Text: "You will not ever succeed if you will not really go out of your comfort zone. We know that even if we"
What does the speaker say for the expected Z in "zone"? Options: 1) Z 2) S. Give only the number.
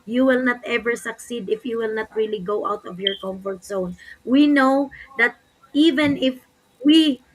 2